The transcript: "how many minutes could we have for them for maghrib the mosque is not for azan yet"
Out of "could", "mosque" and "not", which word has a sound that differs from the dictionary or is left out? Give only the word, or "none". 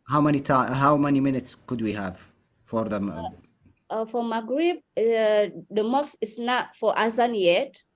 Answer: mosque